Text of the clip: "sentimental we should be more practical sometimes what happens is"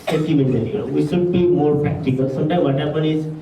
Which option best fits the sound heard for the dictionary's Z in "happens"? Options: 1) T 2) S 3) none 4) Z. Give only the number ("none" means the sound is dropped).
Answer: 3